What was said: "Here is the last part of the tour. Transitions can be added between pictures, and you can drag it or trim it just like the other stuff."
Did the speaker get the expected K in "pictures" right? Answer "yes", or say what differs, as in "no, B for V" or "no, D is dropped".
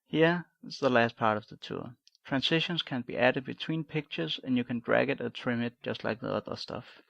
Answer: yes